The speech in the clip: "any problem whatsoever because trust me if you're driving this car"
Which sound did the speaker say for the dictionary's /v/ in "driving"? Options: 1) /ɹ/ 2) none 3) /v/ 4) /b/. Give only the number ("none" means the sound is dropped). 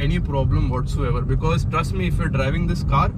3